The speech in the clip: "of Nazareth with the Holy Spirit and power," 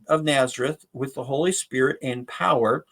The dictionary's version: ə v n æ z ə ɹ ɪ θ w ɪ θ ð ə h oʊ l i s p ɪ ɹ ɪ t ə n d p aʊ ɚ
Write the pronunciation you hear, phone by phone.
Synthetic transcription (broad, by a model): ə v n æ z ə ɹ ɪ θ w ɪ ð ə h oʊ l i s p ɪ ɹ ɪ t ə n p aʊ ɚ